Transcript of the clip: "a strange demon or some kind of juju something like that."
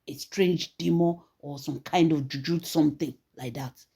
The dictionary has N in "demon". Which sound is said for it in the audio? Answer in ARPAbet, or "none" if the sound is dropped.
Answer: none